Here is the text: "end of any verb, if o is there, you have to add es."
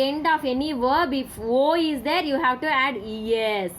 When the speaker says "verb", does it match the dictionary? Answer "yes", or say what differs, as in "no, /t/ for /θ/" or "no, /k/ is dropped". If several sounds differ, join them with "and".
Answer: yes